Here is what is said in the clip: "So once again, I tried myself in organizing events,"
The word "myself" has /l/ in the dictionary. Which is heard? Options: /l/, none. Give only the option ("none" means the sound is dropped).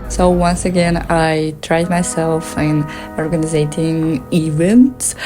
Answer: /l/